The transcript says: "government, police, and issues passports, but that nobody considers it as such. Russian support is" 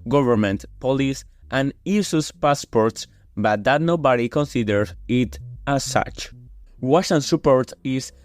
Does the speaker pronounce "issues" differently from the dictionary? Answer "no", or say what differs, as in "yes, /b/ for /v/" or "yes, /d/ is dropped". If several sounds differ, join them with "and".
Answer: yes, /s/ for /ʃ/